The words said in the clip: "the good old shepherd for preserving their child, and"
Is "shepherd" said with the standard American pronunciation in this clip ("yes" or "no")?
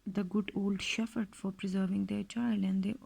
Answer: no